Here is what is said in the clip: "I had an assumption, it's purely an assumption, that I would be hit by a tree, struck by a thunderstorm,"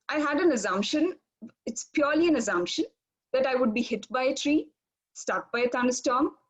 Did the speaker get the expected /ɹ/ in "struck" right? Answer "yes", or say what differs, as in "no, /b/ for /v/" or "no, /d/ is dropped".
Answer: no, /ɹ/ is dropped